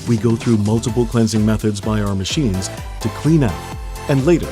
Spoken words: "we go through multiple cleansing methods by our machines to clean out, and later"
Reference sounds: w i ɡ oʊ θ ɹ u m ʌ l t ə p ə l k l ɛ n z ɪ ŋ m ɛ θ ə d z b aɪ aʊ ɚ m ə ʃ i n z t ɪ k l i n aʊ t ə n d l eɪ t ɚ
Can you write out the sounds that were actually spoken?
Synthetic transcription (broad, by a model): w i ɡ oʊ θ ɹ u m ʌ l t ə p l k l ɛ n z ɪ ŋ m ɛ θ ə d z b aɪ aʊ ɚ m ə ʃ i n z t ɪ k l i n aʊ t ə n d l eɪ t ɚ